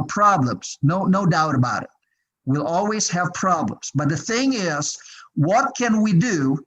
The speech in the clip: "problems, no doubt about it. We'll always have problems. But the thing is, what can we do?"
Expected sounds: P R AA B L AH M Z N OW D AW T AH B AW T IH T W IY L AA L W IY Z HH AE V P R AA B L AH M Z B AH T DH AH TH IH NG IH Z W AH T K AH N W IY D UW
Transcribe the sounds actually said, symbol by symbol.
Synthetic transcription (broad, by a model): P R AA B L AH M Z N OW D AW T AH B AW T IH T W IY L AA L W IY Z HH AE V P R AA B L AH M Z B AH T DH AH TH IH NG IH Z W AH T K AH N W IY D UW